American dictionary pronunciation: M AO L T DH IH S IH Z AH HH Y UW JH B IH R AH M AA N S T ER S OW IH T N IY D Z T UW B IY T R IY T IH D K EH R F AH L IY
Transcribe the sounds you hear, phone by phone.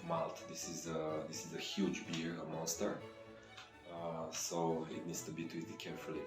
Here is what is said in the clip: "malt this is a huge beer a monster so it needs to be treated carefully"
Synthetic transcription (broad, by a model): M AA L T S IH S IH Z AH HH Y UW JH B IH R AH M AA N S T ER S OW IH T N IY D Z T UW B IY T IY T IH K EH R F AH L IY